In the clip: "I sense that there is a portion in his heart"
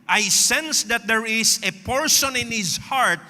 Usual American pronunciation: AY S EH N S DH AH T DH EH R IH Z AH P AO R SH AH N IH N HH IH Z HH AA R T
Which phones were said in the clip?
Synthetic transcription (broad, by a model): AY S EH N S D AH T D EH R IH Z AH P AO R S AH N IH N HH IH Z HH AA R T